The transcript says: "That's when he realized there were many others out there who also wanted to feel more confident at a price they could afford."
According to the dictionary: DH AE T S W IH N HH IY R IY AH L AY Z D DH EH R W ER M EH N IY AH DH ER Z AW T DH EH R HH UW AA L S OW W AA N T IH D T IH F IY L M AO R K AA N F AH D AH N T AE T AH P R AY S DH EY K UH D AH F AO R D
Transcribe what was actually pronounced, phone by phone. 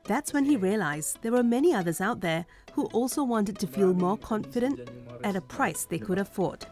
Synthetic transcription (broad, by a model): DH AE T S W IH N IY R IY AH L AY Z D DH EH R W ER M EH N IY AH DH ER Z AW T DH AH R HH UW AA L S OW W AA N T IH D T IH F IY L M AO R K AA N F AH D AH N T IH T AH P R AY S DH EY K UH D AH F AO R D